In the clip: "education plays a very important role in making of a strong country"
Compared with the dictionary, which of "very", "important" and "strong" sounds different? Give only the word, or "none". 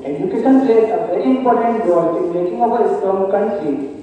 strong